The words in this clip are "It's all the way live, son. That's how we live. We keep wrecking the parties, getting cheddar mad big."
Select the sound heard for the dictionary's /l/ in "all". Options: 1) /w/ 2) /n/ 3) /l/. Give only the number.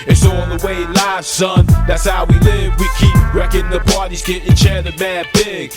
2